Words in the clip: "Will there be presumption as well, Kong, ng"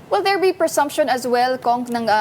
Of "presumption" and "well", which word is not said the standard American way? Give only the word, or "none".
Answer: presumption